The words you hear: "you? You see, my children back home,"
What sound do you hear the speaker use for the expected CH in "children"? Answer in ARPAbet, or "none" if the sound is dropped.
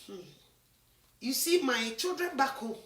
CH